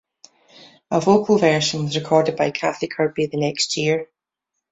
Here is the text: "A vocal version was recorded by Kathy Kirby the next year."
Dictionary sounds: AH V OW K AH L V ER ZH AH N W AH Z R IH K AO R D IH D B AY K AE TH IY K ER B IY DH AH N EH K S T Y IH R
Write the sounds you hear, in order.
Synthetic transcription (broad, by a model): AH V OW K AH L V ER SH AH N W AH Z R IH K AO R D IH D B AY K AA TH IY K ER B IY DH AH N EH K S T Y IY R